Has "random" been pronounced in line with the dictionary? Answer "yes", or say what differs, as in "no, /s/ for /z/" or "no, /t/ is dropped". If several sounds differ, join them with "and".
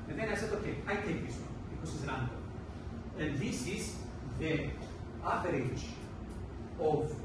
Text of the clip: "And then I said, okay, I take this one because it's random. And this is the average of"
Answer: no, /m/ is dropped